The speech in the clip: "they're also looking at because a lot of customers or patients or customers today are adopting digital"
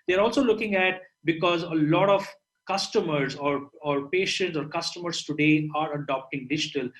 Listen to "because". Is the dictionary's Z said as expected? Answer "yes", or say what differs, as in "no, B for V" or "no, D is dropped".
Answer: yes